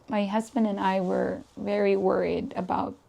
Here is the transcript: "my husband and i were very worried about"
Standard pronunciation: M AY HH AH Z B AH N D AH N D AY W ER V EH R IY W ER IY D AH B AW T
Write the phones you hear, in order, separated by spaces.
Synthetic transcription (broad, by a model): M AY HH AH Z B AH N D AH N AY W ER V EH R IY W ER IY D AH B AW T